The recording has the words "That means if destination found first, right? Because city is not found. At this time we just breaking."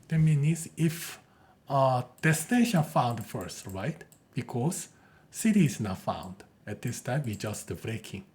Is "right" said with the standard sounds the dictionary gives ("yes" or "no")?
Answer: yes